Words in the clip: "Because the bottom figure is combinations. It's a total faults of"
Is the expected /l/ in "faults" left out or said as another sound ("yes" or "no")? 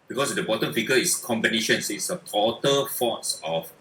yes